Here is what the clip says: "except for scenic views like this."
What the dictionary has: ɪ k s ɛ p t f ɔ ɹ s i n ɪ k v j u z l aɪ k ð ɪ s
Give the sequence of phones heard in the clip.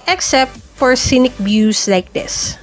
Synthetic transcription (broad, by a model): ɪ k s ɛ p t f ɔ ɹ s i n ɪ k b j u s l aɪ k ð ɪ s